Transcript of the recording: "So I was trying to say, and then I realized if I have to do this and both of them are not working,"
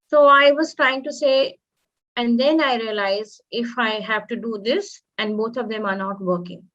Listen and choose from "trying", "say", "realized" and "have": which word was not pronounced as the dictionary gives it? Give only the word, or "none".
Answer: realized